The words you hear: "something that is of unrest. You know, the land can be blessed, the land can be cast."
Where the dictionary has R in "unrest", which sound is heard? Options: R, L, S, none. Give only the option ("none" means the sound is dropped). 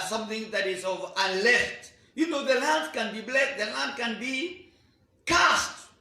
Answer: L